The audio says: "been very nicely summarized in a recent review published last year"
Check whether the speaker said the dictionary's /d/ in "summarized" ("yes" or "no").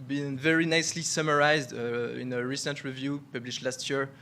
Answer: yes